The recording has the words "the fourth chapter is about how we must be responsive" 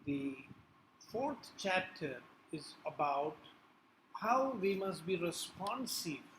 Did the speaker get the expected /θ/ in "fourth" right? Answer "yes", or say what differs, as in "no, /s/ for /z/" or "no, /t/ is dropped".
no, /t/ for /θ/